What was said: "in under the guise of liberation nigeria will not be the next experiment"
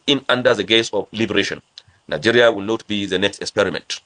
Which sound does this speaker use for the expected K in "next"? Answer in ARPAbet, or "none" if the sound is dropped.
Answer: K